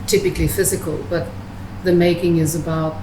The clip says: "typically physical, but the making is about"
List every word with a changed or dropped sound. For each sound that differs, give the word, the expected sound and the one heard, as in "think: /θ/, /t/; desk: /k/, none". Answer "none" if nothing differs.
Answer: none